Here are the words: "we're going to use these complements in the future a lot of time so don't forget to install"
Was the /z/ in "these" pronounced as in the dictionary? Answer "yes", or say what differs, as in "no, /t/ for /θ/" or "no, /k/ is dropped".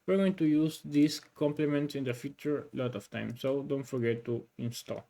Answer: no, /s/ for /z/